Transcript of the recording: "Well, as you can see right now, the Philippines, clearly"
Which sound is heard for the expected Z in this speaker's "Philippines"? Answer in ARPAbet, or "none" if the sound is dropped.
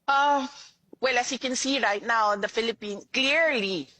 none